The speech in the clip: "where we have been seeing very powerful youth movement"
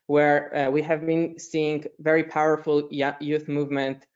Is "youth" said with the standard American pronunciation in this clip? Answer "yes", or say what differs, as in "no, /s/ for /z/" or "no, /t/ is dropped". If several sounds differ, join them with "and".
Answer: yes